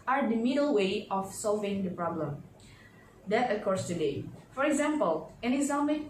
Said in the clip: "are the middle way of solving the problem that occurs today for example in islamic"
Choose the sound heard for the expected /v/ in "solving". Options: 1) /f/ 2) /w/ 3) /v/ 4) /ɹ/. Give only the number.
3